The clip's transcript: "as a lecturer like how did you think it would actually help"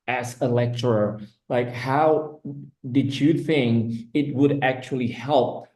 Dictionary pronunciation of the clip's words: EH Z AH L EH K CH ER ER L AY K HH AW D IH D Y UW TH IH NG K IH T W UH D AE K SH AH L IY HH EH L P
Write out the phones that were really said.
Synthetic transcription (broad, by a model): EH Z AH L EH K CH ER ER L AY K HH AW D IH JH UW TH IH NG IH T W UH D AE K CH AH L IY HH EH L P